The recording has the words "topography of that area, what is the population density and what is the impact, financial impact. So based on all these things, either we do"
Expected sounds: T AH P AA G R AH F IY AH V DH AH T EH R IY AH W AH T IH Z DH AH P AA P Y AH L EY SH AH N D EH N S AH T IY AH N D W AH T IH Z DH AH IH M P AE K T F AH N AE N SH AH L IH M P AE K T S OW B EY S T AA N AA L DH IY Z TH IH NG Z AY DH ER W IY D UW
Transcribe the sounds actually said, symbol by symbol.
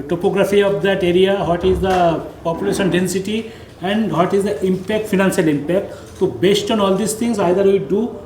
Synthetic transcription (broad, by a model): T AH P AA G R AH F IY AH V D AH T EH R IY AH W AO T IH Z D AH P AA P Y AH L EY SH AH N D EH N S AH T IY AH N D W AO T IH Z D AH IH M P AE K T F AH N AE N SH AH L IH M P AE K T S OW B EY S T AA N AA L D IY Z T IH NG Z AY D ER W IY D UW